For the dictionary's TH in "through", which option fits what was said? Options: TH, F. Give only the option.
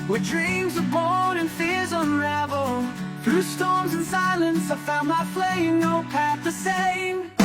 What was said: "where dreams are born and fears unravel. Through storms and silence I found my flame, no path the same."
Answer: TH